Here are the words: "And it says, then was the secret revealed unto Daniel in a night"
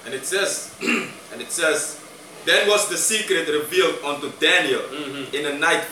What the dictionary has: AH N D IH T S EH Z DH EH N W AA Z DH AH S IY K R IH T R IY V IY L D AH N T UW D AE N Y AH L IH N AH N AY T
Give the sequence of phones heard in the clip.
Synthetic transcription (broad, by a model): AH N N IH T S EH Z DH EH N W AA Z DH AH S IY K R IH T R IY V IY L D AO N T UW D AE N Y AH L IH N AH N AY T